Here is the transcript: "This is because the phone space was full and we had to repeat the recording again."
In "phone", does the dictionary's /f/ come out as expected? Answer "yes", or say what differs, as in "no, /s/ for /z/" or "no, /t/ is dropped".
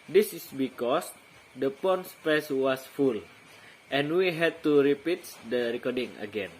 no, /p/ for /f/